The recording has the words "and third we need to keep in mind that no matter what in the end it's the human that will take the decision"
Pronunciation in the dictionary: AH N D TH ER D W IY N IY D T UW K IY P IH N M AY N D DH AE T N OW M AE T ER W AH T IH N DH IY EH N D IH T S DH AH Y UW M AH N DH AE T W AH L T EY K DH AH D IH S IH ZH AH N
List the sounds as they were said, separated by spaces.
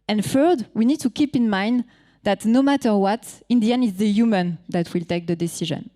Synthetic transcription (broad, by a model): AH N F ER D W IY N IY D T UW K IY P IH N M AY N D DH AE T N OW M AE T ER W AH T IH N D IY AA N IH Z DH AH Y UW M AH N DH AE T W AH L T EY K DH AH D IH S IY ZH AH N